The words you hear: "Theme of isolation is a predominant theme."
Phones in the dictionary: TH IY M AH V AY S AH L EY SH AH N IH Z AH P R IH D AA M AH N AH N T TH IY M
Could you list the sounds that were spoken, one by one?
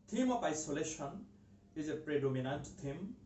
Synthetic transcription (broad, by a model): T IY M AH P AY S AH L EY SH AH N IH Z AH P R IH D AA M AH N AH N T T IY M